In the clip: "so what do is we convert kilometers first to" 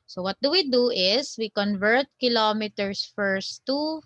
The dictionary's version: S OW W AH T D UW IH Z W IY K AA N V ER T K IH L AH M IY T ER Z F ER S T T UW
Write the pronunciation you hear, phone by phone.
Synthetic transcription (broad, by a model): S OW W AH T D UW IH S W IY K AA N V ER T K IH L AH M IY T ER S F ER S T T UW